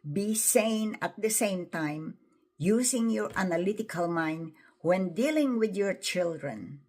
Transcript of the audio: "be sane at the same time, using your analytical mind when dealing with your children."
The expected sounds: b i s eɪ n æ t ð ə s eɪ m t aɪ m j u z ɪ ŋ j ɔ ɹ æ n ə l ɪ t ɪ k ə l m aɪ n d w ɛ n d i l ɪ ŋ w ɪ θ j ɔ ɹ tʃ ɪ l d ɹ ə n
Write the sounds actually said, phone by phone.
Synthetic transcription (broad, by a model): b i s eɪ n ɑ t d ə s eɪ m t aɪ m j u s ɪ ŋ j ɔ ɹ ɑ n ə l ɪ t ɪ k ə l m aɪ n d w ɛ n d i l ɪ ŋ w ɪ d j ɔ ɹ tʃ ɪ l d ɹ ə n